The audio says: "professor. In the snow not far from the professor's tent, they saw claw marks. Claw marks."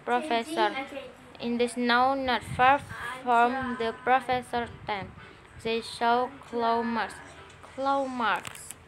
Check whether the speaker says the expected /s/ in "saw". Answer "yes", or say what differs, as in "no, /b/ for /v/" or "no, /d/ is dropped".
no, /ʃ/ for /s/